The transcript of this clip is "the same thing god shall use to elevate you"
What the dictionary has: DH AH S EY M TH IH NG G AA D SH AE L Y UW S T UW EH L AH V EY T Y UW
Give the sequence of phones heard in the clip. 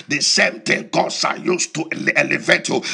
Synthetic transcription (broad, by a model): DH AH S EY M T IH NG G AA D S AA Y UW S T UW EH L AH V EY T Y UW